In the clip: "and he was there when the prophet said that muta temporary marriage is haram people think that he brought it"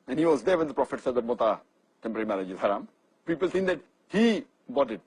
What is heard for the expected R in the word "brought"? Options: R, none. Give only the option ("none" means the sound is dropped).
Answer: none